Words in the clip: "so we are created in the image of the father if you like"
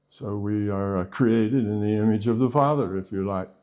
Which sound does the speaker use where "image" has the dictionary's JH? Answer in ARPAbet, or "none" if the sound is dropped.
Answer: JH